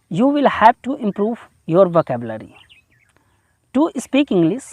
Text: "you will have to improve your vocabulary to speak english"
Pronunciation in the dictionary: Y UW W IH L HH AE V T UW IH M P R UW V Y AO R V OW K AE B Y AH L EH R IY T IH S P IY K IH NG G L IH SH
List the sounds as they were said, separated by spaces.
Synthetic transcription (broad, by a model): Y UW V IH L HH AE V T UW IH M P R UW V Y AO R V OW K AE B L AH R IY T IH S P IY K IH NG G L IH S